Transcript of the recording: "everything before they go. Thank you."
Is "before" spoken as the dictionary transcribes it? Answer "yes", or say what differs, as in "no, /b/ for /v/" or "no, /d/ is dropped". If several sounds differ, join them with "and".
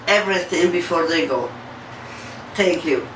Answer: yes